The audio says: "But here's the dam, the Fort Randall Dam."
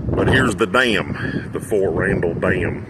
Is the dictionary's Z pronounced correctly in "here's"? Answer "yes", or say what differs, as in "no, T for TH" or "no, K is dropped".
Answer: yes